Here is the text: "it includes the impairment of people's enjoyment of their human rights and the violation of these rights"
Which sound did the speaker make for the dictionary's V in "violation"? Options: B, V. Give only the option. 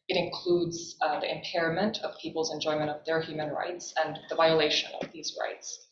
V